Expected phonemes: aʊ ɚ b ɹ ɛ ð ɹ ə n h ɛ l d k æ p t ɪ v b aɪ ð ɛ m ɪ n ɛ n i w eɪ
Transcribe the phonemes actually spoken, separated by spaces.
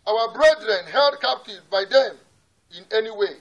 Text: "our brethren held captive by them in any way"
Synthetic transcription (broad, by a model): aʊ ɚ b ɹ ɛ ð ɹ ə n h ɛ l d k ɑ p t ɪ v b aɪ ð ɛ m ɪ n ɛ n i w eɪ